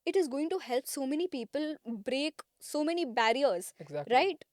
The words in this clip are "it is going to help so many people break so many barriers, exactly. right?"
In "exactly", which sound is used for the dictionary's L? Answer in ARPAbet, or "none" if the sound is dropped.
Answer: none